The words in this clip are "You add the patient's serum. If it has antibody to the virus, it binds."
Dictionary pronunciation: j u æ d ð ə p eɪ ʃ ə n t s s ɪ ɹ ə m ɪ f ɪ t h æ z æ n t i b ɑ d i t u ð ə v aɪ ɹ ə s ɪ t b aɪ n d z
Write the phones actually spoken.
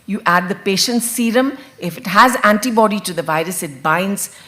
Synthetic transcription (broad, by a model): j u æ d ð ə p eɪ ʃ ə n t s s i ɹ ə m ɪ f ɪ t h æ z æ n t i b ɑ d i t u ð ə v aɪ ɹ ə s ɪ t b aɪ n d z